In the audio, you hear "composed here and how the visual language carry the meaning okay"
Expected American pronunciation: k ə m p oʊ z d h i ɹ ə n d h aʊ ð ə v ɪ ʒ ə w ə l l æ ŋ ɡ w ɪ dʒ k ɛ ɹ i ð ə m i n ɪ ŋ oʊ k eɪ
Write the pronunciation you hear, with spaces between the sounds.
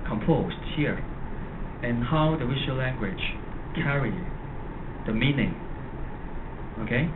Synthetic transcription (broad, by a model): k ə m p oʊ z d h i ɹ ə n h aʊ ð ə w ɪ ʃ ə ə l l æ ŋ ɡ w ɪ dʒ k ɛ ɹ i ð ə m i n ɪ ŋ oʊ k eɪ